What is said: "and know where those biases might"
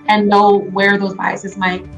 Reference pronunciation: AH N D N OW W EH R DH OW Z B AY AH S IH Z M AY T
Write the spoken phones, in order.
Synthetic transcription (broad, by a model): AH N N OW W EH R DH OW Z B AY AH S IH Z M AY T